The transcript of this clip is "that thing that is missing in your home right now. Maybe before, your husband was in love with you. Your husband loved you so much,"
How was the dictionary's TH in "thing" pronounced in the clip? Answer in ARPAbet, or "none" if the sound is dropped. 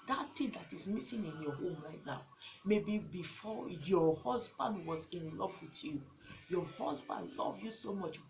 T